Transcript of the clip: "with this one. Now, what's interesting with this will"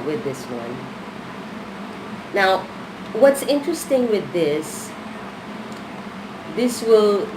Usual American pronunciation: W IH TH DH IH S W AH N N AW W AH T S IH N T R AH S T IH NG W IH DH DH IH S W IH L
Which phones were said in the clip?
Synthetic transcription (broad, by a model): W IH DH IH S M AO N N AW W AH T S IH N T R AH S T IH NG W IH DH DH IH S W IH L